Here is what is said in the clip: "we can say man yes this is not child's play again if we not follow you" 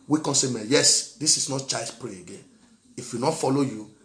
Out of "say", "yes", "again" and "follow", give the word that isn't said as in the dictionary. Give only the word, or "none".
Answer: none